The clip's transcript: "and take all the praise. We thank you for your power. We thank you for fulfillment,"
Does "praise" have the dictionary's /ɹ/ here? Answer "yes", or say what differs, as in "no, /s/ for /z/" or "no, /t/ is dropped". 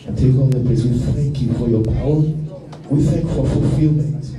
no, /ɹ/ is dropped